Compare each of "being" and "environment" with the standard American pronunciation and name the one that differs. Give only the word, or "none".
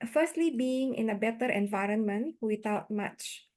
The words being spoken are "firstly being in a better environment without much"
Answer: none